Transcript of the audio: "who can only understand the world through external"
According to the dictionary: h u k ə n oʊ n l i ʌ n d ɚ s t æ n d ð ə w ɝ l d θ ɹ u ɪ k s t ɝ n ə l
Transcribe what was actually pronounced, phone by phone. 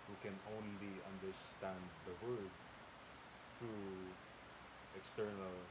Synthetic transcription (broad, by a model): h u k ə n oʊ n l i ʌ n d ɚ s t æ n d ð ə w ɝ d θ ɹ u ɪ k s t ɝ n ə l